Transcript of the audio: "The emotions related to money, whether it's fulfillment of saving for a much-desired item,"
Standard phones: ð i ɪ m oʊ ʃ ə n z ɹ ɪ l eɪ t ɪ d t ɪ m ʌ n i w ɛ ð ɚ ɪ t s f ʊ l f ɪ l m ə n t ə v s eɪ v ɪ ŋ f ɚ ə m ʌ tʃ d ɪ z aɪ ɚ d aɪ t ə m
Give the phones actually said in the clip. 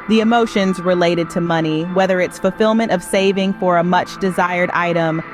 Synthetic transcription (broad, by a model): ð i ɪ m oʊ ʃ ə n z ɹ ɪ l eɪ t ɪ d t ɪ m ʌ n i w ɛ ð ɚ ɪ t s f l f ɪ l m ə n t ə v s eɪ v ɪ ŋ f ɚ ə m ʌ tʃ d ɪ z aɪ ɚ d aɪ t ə m